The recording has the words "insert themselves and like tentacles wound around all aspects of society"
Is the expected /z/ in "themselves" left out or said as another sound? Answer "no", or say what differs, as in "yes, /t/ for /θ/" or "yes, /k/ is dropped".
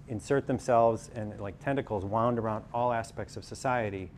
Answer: no